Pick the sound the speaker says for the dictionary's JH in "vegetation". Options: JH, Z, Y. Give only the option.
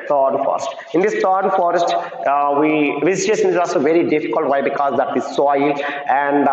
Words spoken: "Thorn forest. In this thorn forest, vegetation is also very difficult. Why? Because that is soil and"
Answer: Z